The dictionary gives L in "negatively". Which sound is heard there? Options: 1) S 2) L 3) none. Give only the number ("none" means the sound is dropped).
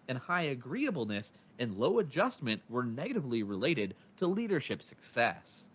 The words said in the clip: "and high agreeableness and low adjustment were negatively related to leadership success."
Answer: 2